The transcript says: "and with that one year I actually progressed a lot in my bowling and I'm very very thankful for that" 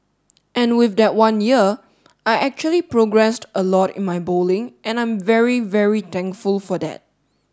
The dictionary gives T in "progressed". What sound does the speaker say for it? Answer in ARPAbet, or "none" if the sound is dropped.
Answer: T